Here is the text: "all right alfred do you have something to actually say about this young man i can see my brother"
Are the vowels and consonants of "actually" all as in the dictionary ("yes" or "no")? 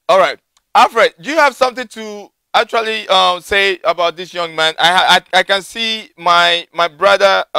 no